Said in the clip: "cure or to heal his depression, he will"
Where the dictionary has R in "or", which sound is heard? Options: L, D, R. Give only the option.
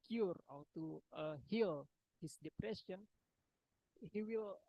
L